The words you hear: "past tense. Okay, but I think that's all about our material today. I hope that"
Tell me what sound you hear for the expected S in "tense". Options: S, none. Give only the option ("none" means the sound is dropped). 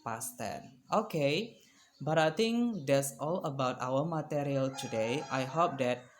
none